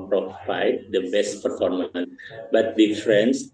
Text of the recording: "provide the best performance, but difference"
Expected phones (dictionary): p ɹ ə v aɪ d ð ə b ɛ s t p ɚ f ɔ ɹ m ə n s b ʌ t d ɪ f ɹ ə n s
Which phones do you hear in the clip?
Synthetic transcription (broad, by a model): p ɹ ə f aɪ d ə b ɛ s t p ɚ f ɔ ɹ m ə n b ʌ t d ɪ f ɹ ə n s